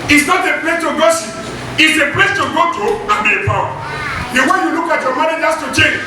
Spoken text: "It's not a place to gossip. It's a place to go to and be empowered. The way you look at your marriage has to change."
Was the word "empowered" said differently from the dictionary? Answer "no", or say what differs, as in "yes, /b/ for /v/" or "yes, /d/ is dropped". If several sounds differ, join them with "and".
yes, /m/ is dropped